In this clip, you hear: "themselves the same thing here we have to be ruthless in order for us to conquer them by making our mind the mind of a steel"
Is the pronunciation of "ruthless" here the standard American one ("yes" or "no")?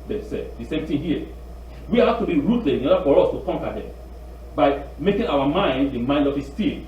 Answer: no